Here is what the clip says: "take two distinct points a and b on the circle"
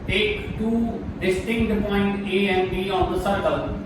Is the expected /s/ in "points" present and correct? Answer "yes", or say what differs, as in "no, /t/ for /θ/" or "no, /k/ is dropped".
no, /s/ is dropped